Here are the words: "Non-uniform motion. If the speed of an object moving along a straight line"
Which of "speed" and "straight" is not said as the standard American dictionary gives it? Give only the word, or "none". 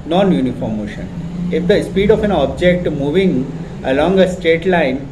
straight